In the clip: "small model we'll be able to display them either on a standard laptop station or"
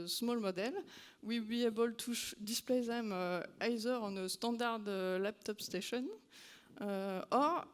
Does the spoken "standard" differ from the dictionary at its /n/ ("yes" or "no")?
yes